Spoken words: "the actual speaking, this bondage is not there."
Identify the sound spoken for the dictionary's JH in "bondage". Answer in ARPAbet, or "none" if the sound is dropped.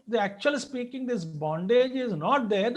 JH